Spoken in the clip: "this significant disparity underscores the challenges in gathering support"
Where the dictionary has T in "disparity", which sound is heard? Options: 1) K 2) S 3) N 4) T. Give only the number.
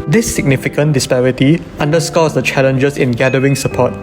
4